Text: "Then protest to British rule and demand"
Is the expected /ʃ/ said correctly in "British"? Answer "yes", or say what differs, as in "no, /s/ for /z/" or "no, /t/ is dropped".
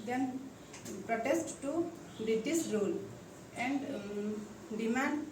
no, /s/ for /ʃ/